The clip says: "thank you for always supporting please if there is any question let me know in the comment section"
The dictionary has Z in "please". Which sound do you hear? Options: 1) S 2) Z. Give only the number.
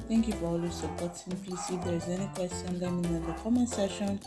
1